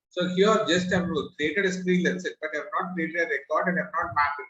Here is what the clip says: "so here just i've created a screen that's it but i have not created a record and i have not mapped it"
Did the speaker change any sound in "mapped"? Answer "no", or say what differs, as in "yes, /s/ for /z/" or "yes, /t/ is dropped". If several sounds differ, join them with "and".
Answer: yes, /t/ is dropped